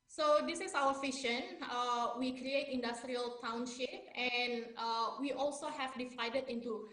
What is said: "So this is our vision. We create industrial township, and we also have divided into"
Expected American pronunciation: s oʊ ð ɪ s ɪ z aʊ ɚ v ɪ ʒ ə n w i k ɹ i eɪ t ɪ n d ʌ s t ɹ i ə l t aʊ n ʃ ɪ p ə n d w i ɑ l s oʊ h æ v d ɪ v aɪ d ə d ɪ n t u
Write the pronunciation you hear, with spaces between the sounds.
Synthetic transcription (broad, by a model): s oʊ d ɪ s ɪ s aʊ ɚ f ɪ ʃ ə n w i k ɹ i eɪ t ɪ n d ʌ s t ɹ i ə l t aʊ n ʃ ɪ p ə n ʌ w i ɑ l s oʊ h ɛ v d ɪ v aɪ d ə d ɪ n t u